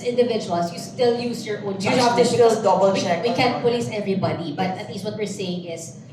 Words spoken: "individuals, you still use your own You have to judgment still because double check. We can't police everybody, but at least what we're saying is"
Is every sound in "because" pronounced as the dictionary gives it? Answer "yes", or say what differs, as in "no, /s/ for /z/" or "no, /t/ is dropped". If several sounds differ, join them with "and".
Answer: no, /k/ is dropped and /z/ is dropped